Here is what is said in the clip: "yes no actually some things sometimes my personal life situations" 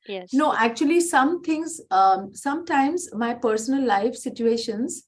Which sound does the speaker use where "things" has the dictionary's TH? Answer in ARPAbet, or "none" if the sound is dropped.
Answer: T